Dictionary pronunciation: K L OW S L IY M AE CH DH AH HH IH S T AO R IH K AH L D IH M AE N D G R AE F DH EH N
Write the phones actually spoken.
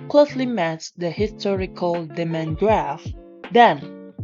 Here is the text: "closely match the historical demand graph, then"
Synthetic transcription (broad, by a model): K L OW S L IY M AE S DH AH HH IH S T AO R IH K AH L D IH M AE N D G R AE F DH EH N